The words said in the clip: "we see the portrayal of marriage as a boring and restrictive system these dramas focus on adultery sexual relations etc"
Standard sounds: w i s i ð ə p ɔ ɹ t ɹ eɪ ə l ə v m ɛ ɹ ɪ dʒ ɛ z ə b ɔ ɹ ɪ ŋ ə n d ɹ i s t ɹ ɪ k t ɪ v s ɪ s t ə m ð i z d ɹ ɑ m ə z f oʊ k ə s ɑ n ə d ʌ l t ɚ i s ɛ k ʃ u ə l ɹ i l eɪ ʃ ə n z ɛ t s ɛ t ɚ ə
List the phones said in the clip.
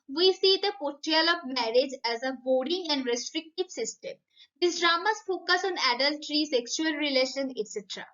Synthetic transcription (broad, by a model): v i s i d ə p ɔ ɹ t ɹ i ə l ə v m ɛ ɹ ɪ dʒ ɛ z ə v ɔ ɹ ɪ ŋ ə n d ɹ i s t ɹ ɪ k t ɪ v s ɪ s t ə m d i s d ɹ ɑ m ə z f oʊ k ə s ɑ n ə d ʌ l t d i s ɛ k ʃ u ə l ɹ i l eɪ ʃ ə n ɛ t s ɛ t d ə